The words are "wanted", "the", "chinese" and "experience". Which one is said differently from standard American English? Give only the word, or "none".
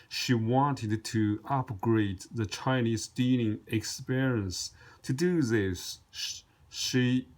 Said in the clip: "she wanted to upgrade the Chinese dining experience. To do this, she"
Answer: none